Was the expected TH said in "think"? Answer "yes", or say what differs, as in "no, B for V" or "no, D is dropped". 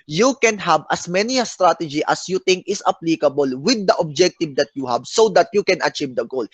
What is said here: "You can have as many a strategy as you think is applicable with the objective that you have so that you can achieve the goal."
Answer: no, T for TH